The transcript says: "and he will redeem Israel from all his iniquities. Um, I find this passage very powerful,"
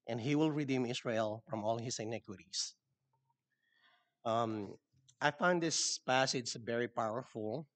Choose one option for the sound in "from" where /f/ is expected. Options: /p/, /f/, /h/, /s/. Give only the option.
/f/